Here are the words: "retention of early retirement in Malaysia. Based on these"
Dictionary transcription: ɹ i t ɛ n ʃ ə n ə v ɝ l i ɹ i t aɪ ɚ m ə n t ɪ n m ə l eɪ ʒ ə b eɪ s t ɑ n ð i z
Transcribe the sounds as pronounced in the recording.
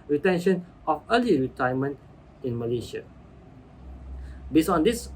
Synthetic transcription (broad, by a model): ɹ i t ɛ n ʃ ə n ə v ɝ l i ɹ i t aɪ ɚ m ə n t ɪ n m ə l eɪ ʃ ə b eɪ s ɑ n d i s